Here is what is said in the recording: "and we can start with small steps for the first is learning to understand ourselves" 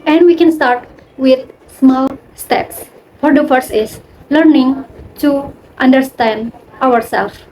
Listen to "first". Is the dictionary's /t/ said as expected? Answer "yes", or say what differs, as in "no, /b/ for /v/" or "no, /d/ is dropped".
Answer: no, /t/ is dropped